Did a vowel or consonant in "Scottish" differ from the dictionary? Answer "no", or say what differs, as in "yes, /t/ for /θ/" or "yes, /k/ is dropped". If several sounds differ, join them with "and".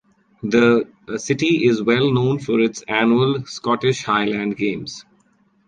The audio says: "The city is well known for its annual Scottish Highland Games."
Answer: no